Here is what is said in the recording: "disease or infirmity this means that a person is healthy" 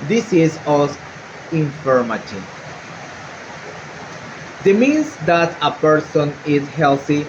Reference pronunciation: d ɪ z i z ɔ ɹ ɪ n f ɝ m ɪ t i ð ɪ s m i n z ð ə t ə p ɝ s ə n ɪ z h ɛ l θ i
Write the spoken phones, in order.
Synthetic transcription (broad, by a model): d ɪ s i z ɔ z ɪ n f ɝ m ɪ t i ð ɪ m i n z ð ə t ə p ɝ s ə n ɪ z h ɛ l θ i